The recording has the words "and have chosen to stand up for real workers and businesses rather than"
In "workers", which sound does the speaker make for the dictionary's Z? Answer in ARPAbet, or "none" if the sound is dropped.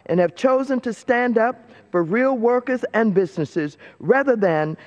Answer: Z